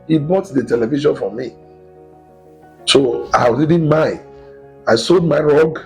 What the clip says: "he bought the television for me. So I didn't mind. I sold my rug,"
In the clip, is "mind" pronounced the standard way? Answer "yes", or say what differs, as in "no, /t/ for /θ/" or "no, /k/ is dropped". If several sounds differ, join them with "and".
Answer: no, /d/ is dropped